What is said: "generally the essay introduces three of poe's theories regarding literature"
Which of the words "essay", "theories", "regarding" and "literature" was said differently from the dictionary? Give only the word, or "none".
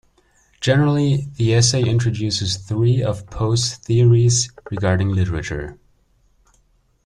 none